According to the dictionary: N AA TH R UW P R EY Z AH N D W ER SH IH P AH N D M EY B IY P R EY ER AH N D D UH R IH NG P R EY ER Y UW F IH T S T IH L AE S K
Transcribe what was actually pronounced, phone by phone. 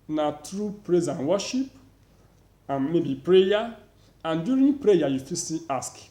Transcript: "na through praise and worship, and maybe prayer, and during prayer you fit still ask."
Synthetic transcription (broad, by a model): N AA T R UW P R EY Z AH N W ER SH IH P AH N M EY B IY P R EY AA AH N D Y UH R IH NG P R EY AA Y UW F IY S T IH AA S K